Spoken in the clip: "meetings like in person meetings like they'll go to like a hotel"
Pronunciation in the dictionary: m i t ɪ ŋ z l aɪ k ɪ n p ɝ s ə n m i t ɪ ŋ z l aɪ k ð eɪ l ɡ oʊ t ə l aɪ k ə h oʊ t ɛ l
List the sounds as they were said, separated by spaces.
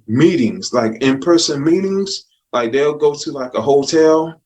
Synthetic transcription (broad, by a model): m i t ɪ ŋ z l aɪ k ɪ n p ɝ s ə n m i t ɪ ŋ z l aɪ k ð eɪ l ɡ oʊ t ə l aɪ k ə h oʊ t ɛ l